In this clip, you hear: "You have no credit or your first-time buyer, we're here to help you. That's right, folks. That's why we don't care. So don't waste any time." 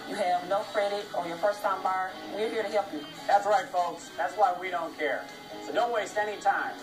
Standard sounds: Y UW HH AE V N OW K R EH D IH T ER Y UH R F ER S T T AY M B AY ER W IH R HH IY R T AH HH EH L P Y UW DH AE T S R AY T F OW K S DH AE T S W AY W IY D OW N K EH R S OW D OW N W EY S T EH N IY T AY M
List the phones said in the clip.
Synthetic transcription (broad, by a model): Y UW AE V N OW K R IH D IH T ER Y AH R F ER S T T AY M B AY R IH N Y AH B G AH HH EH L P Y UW DH AE T S R AY T F OW K S DH AE T S W AY W IY D OW N K EH R S OW D OW N W EY S T EH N IY T AY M